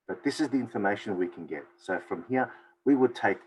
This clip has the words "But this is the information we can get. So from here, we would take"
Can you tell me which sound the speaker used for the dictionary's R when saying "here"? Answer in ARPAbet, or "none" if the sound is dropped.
R